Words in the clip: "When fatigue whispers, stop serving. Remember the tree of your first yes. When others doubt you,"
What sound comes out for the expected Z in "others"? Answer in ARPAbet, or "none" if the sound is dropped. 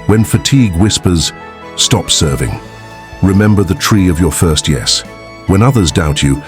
Z